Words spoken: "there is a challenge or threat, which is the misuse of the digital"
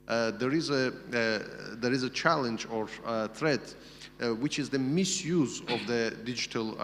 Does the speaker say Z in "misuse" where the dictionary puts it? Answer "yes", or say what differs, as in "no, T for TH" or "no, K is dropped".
yes